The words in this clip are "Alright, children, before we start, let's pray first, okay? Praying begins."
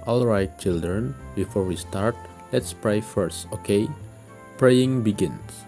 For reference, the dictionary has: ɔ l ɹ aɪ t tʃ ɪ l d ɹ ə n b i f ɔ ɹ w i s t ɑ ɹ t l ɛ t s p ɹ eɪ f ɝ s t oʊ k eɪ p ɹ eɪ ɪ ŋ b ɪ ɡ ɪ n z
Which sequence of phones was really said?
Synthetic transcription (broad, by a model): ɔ l ɹ aɪ t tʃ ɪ l d ɹ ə n b i f ɔ ɹ w i s t ɑ ɹ t l ɛ t s p ɹ eɪ f ɝ s t oʊ k eɪ p ɹ eɪ ɪ ŋ b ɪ ɡ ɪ n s